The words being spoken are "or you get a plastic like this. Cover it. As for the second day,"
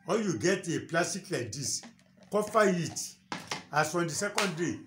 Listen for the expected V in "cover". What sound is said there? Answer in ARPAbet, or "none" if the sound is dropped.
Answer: F